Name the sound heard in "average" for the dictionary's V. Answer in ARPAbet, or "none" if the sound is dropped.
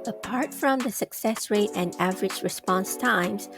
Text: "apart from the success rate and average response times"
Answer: V